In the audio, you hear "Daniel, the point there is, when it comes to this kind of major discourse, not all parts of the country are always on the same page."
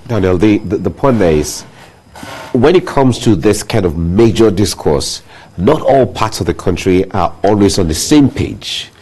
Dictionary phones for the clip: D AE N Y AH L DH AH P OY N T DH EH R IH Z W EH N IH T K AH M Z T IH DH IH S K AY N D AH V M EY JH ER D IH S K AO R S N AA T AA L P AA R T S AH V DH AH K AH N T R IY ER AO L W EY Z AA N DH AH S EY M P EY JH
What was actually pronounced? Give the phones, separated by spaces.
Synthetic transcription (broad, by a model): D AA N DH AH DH DH AH P OY N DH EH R IH Z W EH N IH T K AH M Z T IH DH IH S K AY N D AH V M EY JH ER D IH S K AO R S N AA T AA L P AA R T S AH V DH AH K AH N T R IY ER AO L W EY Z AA N DH AH S EY M P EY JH